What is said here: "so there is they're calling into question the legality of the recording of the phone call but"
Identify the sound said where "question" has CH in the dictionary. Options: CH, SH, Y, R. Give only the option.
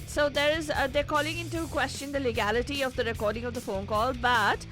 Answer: CH